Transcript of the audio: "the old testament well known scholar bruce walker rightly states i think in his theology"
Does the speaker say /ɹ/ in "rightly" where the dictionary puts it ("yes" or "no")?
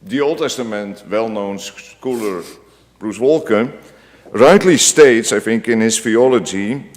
no